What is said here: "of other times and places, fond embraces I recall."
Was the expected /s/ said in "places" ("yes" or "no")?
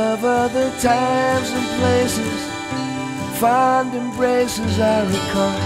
yes